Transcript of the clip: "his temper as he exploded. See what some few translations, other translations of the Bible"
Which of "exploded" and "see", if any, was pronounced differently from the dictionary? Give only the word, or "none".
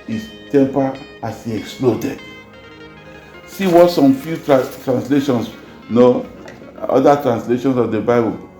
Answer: none